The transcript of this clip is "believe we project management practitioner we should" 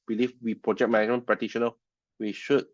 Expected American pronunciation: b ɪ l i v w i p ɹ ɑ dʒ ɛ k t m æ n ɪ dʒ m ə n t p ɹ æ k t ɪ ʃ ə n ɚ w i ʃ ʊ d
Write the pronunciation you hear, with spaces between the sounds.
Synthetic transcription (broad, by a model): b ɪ l i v w i p ɹ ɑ dʒ ɛ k m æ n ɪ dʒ m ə n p ɹ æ t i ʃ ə n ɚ w i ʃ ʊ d